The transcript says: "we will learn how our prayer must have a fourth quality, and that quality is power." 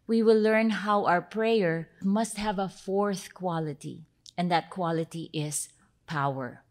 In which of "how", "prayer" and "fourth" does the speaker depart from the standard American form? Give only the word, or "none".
none